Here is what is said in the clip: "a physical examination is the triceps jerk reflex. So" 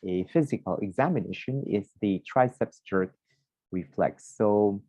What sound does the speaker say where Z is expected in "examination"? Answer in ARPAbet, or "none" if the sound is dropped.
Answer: Z